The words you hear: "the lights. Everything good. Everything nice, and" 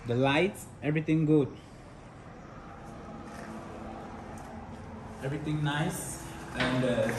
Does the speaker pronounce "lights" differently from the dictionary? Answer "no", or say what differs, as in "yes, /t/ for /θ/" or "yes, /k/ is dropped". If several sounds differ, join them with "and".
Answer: no